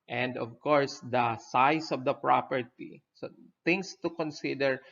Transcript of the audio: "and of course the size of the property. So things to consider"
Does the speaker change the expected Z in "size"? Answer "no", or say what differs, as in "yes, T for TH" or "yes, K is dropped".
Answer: yes, S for Z